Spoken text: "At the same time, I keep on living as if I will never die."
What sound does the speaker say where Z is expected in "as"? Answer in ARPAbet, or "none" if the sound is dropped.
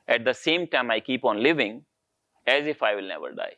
Z